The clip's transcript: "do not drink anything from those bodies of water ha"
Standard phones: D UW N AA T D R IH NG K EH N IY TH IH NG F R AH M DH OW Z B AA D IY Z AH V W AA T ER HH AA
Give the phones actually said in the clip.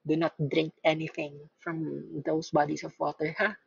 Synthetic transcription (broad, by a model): D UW N AA T D R IH NG K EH N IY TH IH NG F R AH M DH OW S B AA D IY S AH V W AA T ER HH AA